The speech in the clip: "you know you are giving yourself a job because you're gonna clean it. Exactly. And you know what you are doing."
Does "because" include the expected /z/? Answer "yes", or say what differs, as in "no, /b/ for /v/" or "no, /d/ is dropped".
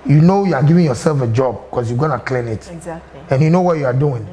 no, /s/ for /z/